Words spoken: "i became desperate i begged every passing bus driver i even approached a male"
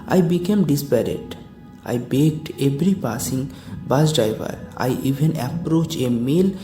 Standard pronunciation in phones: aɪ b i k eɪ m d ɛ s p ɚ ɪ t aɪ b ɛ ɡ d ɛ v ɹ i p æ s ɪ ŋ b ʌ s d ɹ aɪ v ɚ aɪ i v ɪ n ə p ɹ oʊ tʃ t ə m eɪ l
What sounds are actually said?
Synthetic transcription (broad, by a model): aɪ b i k eɪ m d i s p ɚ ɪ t aɪ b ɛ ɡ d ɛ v ɹ i p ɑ s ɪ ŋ b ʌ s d ɹ aɪ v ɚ aɪ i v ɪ n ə p ɹ oʊ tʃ ə m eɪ l